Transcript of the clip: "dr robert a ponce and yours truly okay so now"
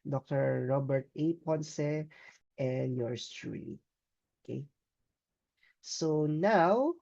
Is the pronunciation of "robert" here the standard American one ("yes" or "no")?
yes